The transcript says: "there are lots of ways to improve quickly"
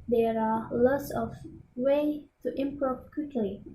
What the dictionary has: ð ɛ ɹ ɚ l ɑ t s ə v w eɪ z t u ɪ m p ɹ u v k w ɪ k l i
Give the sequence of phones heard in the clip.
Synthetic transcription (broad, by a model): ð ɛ ɹ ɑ l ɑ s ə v w eɪ t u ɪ m p ɹ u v k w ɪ k l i